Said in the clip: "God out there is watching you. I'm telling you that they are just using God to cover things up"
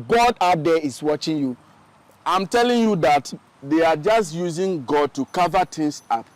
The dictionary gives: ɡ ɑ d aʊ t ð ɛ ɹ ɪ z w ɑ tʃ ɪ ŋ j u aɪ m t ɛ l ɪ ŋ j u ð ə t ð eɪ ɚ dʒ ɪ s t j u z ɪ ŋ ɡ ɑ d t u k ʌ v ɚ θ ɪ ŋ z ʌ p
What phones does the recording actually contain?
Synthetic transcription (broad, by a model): ɡ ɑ d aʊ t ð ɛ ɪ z w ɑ tʃ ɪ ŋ j u aɪ m t ɛ l ɪ ŋ j u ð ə t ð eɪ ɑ dʒ ɪ s t j u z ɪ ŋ ɡ ɑ d t u k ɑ v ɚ t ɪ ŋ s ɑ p